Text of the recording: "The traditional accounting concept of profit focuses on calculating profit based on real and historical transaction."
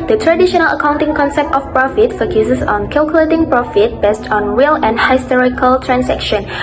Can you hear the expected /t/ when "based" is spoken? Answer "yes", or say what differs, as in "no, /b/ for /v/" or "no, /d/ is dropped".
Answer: yes